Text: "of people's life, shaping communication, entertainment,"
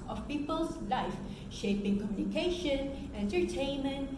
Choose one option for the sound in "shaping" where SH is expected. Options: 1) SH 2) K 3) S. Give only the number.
1